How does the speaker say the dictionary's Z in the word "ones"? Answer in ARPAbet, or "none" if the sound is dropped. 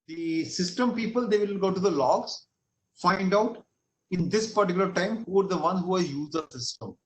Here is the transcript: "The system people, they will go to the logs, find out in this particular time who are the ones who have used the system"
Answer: none